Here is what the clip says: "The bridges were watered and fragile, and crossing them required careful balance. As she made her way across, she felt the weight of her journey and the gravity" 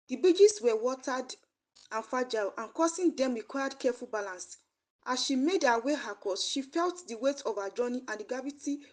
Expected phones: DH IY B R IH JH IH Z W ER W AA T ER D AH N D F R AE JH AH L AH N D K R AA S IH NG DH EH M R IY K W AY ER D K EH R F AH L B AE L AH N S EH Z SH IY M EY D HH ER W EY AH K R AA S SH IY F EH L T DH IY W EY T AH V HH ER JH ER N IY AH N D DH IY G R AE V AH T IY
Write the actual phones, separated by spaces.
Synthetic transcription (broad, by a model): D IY B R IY JH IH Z W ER W AA T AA D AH N F AA JH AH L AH N K AA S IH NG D EH M R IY K W AY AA D K EH F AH L B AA L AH N S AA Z SH IY M EY D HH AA W EY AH K AA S SH IY F EH L T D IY W EY T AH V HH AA JH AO N IY AH N D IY G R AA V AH T IY